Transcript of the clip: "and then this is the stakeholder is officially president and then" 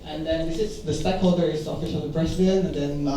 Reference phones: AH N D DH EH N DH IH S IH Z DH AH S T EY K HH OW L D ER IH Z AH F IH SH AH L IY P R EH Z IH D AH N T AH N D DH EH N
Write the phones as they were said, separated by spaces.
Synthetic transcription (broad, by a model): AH N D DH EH N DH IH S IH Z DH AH S T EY K HH OW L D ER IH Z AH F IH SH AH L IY B R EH S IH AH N AH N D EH N